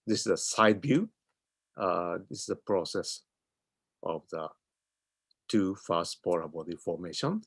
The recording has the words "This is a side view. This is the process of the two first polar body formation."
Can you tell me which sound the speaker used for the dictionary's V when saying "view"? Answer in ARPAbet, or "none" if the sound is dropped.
B